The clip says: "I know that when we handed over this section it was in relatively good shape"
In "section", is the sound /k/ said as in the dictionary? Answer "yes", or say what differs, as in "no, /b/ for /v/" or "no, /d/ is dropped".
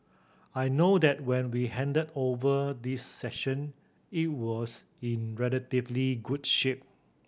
no, /k/ is dropped